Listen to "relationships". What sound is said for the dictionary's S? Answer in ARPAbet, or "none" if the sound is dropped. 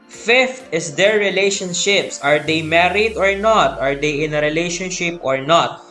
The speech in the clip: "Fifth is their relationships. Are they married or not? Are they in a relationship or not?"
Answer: S